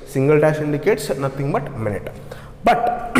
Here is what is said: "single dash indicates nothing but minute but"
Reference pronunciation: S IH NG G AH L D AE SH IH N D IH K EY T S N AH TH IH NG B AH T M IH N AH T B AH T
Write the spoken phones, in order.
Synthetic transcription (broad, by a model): S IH NG G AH L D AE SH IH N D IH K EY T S N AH T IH NG B AH T M IH N AH T B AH T